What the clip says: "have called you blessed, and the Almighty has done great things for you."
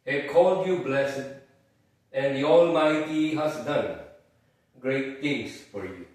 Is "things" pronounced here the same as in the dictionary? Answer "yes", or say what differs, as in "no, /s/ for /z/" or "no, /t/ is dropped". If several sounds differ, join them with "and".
no, /t/ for /θ/ and /s/ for /z/